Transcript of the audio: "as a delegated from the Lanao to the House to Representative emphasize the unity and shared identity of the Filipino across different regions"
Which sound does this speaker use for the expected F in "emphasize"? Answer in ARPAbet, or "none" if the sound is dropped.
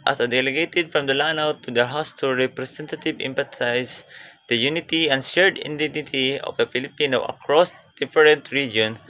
P